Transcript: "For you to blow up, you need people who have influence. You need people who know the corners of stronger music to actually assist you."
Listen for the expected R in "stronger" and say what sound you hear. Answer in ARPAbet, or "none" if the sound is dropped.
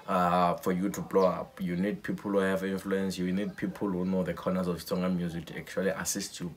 none